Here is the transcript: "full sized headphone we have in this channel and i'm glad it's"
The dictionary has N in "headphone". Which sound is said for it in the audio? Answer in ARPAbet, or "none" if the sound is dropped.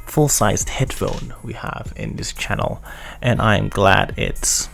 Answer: N